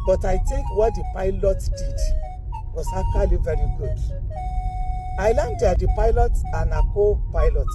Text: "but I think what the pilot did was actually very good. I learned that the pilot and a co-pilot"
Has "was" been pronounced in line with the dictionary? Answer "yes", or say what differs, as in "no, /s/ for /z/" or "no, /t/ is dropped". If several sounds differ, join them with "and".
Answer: no, /s/ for /z/